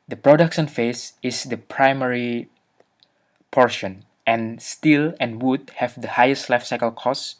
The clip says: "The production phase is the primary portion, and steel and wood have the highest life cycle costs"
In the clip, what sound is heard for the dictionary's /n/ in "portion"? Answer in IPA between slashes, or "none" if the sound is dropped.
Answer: /n/